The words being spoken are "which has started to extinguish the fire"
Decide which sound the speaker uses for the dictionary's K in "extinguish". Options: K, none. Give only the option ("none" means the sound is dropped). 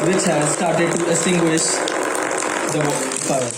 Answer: none